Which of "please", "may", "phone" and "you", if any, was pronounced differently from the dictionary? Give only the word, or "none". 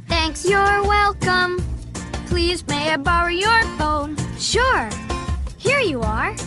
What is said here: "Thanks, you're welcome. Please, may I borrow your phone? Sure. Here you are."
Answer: none